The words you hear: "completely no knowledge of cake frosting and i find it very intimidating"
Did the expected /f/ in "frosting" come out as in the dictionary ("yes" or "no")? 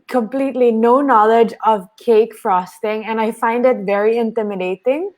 yes